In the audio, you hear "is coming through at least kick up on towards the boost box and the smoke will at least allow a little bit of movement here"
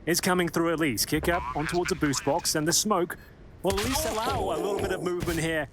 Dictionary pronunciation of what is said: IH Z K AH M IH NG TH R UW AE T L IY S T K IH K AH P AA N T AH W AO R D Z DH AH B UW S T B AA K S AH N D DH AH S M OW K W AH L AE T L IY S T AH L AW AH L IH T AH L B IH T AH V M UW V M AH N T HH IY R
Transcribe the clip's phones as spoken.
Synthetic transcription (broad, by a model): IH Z K AH M IH NG TH R UW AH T L IY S K IH K AH P N T AH W AO R D Z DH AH B UW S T B AA K S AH N DH AH S M OW K W AH L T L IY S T AH L AW AH L IH T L B IH T AH V M UW V M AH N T HH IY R